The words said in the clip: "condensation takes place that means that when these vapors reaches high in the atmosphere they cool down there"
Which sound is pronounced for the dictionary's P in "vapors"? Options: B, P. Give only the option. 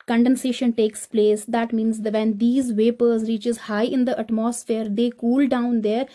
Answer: P